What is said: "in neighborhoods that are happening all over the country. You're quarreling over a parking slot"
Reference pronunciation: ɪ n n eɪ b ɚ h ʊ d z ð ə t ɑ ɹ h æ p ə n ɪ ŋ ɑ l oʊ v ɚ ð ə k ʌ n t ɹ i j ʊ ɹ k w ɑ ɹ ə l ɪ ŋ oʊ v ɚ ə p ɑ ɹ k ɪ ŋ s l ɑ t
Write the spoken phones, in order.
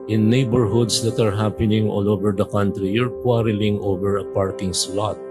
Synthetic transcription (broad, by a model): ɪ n n eɪ b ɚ h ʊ d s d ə t ɑ ɹ h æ p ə n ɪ ŋ ɑ l oʊ v ɚ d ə k ʌ n t ɹ i j ʊ ɹ k w ɑ ɹ ə l ɪ ŋ oʊ v ɚ ə p ɑ ɹ k ɪ ŋ s l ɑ t